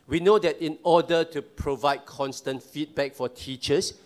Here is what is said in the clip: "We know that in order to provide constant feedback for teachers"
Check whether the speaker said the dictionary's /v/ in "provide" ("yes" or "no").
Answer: yes